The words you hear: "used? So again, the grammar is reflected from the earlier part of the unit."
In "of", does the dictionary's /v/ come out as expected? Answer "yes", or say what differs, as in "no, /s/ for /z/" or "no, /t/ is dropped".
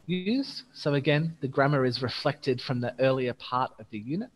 yes